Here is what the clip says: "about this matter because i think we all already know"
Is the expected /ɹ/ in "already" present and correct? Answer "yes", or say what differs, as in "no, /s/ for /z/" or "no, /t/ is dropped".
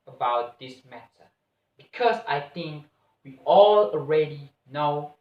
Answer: yes